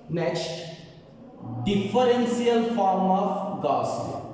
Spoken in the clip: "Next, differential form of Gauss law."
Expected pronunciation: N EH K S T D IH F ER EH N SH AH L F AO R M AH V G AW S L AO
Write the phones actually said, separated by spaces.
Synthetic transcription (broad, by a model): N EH K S T D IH F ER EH N S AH L F AO R M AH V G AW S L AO